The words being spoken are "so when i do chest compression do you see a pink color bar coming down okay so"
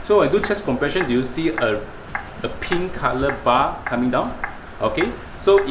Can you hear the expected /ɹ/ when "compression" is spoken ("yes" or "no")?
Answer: yes